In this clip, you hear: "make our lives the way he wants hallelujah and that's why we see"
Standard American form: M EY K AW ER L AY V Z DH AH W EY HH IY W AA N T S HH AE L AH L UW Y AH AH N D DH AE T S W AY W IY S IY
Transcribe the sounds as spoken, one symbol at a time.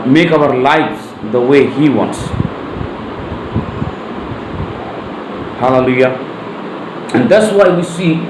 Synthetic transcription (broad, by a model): M EY K AW ER L AY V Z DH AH W EY HH IY W AA N T S HH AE L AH L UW Y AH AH N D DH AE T S W AY W IY S IY